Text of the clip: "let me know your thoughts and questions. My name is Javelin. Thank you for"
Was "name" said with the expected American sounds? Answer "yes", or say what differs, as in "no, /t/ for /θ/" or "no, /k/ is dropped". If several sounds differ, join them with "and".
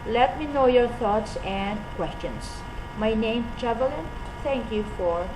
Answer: no, /m/ is dropped